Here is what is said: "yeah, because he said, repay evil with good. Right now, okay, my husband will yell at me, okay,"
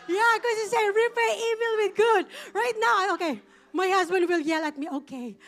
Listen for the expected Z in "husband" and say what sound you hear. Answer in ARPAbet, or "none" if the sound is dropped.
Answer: Z